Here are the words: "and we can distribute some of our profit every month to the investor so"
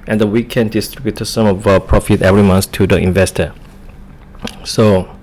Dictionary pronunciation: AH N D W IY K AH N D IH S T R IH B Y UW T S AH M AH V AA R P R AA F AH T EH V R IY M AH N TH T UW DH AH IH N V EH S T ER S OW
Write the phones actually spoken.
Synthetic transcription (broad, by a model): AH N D W IY K AH N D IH S T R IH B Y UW T S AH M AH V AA P R AA F AH T EH V R IY M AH N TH T UW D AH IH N V EH S T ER S OW